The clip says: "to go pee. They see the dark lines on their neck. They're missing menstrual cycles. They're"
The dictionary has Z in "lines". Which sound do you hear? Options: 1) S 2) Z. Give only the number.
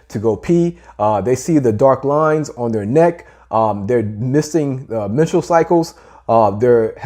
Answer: 2